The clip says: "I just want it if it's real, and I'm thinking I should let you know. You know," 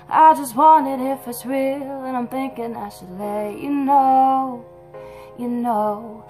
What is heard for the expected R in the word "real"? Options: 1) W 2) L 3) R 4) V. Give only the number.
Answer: 1